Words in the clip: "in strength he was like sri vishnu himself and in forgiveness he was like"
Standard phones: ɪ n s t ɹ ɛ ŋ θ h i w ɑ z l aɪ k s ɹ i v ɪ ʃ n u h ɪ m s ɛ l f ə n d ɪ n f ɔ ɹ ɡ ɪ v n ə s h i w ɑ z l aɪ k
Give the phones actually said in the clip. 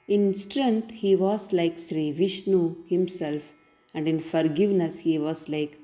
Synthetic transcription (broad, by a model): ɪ n s t ɹ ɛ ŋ t h i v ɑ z l aɪ k s ɹ i v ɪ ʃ n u h ɪ m s ɛ l f ə n d ɪ n f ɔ ɹ ɡ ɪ v n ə s h i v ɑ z l aɪ k